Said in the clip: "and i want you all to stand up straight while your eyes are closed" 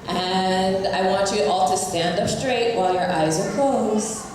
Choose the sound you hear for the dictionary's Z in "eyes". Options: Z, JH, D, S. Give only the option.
Z